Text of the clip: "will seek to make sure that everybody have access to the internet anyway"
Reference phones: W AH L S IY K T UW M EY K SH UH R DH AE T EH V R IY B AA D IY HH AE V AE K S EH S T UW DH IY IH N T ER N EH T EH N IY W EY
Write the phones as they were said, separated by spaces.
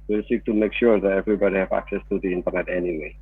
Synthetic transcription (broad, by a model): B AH S IY K T UW M EY K SH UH R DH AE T EH V R IY B AA D IY HH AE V AE K S EH S T UW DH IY IH N T ER N EH T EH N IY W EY